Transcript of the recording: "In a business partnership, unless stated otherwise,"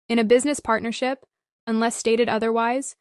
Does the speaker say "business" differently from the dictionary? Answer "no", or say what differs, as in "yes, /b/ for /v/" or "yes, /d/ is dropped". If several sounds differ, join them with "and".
no